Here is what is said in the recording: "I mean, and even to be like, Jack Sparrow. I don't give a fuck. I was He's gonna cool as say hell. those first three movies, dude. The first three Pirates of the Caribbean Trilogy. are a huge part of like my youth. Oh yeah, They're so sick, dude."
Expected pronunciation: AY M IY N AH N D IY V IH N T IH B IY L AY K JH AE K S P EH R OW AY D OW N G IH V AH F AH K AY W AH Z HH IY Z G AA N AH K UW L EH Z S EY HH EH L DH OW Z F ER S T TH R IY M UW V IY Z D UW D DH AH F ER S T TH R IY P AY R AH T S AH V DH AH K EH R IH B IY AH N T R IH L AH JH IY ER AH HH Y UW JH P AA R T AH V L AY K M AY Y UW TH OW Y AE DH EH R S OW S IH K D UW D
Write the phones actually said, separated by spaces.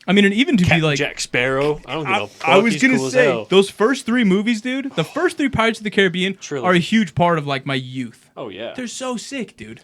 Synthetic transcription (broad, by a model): AY M IY N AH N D IY V IH N T IH B IY L AY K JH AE K S P EH R OW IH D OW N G AH AY W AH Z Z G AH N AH S EY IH DH OW Z F ER S T TH R IY M UW V IY Z D UW D DH AH F ER S T TH R IY P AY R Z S AH V DH AH K EH R IH B IY AH N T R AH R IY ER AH HH Y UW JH P AA R T AH V L AY K M AY Y UW TH OW Y AE DH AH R S OW S IH K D UW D